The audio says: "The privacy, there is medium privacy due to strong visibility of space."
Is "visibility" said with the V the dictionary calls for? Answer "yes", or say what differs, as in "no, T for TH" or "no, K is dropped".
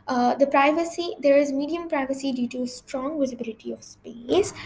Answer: yes